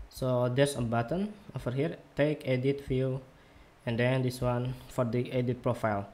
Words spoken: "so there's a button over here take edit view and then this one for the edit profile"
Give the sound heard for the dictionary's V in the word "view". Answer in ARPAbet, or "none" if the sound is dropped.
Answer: F